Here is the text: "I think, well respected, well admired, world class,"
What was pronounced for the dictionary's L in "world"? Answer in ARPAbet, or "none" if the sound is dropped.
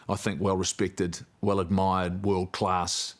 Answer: L